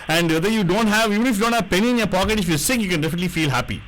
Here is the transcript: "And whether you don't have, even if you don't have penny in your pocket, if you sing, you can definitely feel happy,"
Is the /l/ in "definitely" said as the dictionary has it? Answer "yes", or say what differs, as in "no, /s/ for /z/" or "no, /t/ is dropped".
yes